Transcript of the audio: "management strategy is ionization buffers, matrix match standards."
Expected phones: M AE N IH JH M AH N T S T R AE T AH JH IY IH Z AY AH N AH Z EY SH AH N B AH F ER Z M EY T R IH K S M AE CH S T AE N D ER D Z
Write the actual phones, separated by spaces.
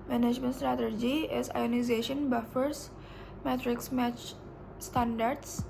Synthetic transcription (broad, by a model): M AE N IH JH M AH N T S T R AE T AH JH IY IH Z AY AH N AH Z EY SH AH N B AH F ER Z M EY T R IH K S M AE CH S T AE N D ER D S